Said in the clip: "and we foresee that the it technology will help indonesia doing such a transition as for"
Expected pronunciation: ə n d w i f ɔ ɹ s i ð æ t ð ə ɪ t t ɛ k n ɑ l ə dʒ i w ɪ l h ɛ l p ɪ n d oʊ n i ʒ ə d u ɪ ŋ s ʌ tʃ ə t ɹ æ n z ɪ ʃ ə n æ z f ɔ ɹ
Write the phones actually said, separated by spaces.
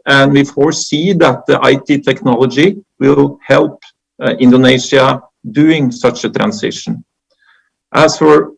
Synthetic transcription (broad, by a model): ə n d w i f ɔ ɹ s i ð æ t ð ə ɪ t t ɛ k n ɑ l ə dʒ i w ɪ l h ɛ l p ɪ n d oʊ n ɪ ʃ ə d u ɪ ŋ s ʌ tʃ ə t ɹ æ n s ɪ ʃ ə n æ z f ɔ ɹ